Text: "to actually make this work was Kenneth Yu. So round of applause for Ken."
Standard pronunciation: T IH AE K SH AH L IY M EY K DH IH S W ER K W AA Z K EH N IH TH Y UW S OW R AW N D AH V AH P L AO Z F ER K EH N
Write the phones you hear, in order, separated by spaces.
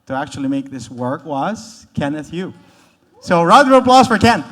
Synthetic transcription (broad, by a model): T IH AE K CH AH L IY M EY K DH IH S W ER K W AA S K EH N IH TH Y UW S OW R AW D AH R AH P L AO S F ER K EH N